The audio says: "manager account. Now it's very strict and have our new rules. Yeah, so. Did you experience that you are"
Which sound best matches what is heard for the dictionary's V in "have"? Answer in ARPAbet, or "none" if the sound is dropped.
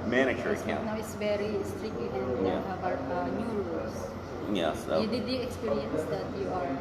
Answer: B